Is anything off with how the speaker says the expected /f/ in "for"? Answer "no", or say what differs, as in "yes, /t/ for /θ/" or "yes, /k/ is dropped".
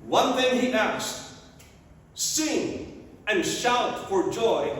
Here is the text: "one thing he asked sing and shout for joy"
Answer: no